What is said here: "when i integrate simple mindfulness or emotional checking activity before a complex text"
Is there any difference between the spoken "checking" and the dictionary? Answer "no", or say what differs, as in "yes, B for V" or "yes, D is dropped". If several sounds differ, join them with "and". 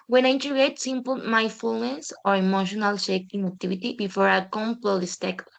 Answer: yes, SH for CH